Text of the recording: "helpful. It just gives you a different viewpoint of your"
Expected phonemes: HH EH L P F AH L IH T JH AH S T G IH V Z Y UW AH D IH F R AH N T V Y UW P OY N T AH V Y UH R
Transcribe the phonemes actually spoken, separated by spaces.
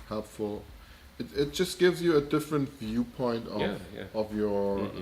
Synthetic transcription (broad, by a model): HH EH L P F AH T IH T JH AH S G IH V Z Y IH AH D IH F R AH N T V Y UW P OY N T AH V Y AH R